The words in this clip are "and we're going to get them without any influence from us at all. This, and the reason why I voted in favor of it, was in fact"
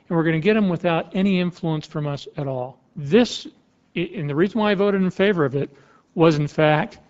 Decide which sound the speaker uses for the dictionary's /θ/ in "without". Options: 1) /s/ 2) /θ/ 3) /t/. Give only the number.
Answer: 2